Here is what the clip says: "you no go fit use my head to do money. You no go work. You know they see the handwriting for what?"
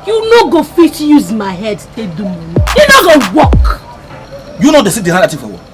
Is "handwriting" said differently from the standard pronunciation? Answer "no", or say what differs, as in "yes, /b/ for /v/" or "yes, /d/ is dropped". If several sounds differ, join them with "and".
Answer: yes, /ɹ/ is dropped